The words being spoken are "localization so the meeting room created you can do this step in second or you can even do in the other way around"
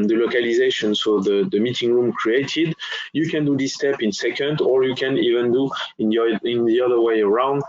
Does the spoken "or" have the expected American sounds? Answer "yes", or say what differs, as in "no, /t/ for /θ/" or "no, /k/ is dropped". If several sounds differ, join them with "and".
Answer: yes